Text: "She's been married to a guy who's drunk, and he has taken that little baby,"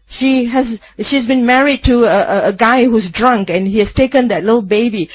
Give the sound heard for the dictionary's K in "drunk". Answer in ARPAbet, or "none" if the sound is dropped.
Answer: K